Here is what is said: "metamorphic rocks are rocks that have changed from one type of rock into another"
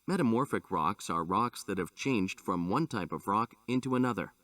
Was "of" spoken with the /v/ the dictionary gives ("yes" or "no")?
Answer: yes